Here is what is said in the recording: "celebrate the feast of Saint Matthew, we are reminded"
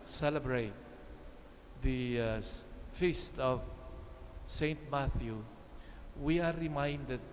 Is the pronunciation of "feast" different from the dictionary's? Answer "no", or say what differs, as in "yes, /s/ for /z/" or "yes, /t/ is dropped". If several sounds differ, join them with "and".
no